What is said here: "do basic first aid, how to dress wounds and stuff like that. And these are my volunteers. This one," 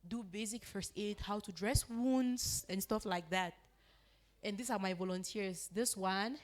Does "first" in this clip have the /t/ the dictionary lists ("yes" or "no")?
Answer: yes